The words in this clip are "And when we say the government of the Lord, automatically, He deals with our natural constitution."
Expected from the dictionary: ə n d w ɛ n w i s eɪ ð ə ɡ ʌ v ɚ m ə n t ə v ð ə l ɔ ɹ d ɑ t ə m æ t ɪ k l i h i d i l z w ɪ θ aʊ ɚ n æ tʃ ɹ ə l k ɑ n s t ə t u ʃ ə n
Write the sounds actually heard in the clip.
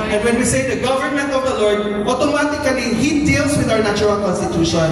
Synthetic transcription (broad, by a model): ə n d w ɛ n w i s eɪ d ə ɡ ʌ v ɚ m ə n t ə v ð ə l ɔ ɹ d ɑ t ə m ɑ t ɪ k l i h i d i l s w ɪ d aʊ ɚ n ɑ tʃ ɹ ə l k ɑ n s t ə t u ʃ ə n